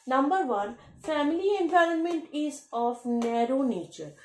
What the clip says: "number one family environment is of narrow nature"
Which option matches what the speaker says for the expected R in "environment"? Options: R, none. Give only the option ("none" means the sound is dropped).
R